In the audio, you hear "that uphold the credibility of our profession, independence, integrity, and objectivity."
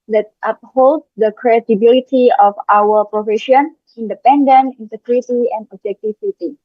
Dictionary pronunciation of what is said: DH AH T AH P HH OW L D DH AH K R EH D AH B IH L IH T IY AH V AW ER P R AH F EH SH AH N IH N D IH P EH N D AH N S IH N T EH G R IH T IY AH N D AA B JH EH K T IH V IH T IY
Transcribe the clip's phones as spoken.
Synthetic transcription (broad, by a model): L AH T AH P HH OW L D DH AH K R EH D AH B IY L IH T IY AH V AW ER P R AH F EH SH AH N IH N D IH P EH N D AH N IH N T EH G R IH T IY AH N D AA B JH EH K T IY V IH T IY